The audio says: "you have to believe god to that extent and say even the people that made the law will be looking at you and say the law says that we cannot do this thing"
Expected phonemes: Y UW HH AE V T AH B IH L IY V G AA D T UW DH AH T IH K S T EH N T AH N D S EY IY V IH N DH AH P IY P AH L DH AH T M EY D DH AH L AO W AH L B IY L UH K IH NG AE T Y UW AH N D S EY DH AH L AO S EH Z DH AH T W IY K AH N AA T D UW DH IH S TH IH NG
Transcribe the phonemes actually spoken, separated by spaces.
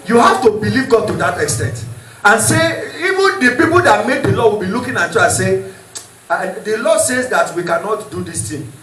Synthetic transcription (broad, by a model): Y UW HH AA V T AH B IH L IY V G AA D T UW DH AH T IH K S T EH N T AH N S EY IY V IH N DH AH P IY P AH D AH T M EY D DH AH L AO W AH L B IY L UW K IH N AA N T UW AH S EY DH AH L AO S EH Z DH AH T W IY K AH N AA T D UW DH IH S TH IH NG